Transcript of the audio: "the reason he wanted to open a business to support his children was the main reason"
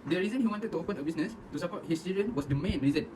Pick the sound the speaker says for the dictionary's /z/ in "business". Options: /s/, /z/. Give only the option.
/s/